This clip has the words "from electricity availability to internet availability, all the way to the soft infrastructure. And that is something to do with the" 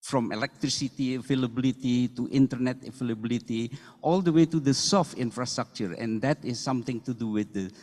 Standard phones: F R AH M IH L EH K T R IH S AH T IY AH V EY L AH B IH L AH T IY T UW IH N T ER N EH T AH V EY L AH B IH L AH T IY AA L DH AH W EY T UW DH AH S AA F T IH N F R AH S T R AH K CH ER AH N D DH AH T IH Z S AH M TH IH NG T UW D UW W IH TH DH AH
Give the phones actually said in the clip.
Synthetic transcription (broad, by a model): F R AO M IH L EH K T R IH S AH T IY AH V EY L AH B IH L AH T IY T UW IH N T ER N EH T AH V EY L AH B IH L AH T IY AA L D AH W EY T UW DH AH S AA F T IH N F R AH S T R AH K CH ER AH N D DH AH T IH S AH M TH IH NG T UW D UW W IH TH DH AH